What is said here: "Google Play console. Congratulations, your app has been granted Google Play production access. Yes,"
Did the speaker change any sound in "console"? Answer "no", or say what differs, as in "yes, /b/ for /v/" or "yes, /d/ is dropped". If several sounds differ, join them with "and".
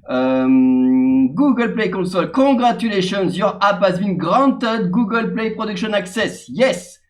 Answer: yes, /n/ is dropped